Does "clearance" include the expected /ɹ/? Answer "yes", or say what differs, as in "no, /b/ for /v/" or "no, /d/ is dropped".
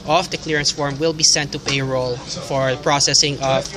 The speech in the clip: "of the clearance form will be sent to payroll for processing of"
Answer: yes